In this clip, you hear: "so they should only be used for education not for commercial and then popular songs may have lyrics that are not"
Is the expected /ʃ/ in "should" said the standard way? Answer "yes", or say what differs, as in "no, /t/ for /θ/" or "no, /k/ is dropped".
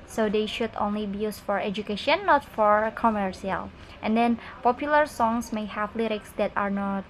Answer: yes